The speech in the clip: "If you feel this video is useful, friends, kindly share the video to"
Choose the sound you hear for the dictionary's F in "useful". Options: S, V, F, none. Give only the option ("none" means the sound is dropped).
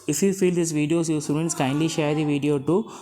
none